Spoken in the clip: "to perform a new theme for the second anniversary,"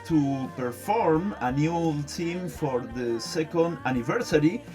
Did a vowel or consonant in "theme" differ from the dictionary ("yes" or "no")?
yes